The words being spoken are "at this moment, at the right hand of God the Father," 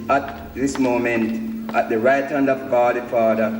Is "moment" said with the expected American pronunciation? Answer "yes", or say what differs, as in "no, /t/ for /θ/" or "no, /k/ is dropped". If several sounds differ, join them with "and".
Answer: yes